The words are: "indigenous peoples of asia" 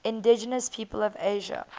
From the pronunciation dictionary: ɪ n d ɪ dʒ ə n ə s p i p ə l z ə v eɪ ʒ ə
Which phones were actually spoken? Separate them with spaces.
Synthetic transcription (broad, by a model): ɪ n d ɪ dʒ ə n ə s p i p ə l ə v eɪ ʒ ə